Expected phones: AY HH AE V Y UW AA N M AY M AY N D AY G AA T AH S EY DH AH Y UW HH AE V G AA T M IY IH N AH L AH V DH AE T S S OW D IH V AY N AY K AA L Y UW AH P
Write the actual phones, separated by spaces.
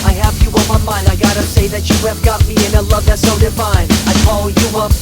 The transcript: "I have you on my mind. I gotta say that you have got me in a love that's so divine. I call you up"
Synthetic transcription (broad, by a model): AY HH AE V Y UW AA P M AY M AY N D AY G AA T AH S EY DH AH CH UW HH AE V G AA T M IY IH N AH L AH V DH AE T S S OW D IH F AY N AY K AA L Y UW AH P